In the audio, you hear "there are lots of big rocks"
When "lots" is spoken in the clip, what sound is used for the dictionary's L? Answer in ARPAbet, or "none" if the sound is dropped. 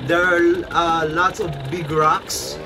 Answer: L